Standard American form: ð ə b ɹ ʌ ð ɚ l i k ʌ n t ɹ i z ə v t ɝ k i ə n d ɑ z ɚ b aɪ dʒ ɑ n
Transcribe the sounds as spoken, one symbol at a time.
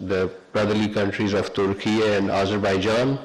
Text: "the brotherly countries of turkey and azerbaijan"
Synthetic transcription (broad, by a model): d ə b ɹ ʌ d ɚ l i k ʌ n t ɹ i z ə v t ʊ k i ə n d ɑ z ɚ b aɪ dʒ ɑ n